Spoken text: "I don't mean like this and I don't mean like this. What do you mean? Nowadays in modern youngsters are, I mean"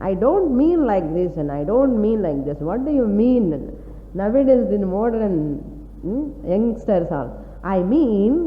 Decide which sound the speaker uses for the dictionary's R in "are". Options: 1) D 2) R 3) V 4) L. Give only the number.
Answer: 4